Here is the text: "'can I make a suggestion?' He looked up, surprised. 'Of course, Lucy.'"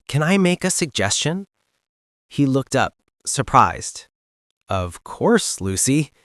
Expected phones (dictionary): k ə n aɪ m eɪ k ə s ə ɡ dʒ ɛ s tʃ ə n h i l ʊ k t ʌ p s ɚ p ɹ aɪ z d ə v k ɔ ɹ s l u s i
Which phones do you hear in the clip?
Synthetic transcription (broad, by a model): k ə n aɪ m eɪ k ə s ə ɡ dʒ ɛ s tʃ ə n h i l ʊ k t ʌ p s ɚ p ɹ aɪ z d ə v k ɔ ɹ s l u s i